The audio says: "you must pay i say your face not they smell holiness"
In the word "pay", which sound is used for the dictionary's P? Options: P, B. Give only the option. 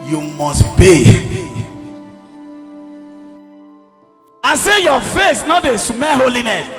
B